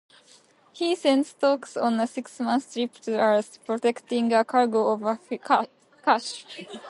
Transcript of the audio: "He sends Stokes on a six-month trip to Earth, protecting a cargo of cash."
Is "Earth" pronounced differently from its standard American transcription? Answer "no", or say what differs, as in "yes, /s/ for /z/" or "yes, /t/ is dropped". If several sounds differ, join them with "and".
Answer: yes, /s/ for /θ/